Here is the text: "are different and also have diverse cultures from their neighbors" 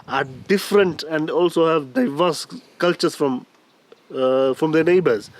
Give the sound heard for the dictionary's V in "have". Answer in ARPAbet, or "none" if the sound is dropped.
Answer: V